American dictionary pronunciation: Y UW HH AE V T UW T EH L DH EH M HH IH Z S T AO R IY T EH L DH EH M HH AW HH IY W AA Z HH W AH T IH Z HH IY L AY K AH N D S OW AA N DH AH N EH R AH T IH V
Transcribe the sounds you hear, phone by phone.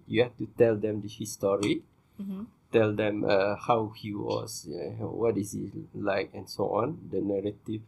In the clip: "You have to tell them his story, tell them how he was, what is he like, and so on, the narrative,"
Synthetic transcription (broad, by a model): Y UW HH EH F T UW T EH L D EH M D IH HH S T AO R IY T EH L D EH M HH AW HH IY W AA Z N W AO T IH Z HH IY L AY K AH N S OW AA N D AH N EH R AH T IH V